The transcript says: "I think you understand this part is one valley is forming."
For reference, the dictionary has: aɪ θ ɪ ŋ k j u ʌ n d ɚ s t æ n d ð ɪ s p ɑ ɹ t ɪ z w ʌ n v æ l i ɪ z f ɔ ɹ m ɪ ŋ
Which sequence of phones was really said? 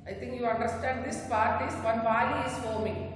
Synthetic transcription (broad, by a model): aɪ t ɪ ŋ k j u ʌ n d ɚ s t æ n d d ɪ s p ɑ ɹ t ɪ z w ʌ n b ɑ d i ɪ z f ɔ m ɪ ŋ